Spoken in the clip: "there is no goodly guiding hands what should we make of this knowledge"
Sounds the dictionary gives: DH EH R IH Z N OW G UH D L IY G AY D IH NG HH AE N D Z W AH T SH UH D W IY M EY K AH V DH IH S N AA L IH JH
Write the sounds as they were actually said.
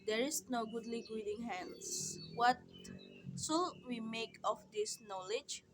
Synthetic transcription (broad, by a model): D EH R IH S N OW G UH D L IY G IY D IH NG HH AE N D S W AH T S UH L W IY M EY K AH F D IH S N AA L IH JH